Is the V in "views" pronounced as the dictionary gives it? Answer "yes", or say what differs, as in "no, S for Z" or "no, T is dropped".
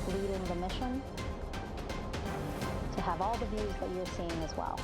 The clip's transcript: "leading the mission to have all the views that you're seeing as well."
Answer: yes